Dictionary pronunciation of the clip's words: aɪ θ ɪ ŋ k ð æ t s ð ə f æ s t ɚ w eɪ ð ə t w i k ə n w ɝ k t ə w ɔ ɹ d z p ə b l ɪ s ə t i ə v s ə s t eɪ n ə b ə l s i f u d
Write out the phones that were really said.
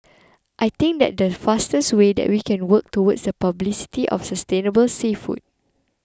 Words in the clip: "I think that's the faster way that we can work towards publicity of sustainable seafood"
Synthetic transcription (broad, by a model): aɪ t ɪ ŋ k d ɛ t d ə f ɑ s t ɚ w eɪ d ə t w i k ə n w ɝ k t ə w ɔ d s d p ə b l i s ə t i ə f s ə s t eɪ n ə b ə l s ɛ f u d